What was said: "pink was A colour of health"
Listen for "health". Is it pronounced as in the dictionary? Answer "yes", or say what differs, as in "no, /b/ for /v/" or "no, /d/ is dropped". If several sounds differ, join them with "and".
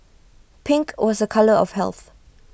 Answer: yes